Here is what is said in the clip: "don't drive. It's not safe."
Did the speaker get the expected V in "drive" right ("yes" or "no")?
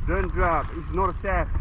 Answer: no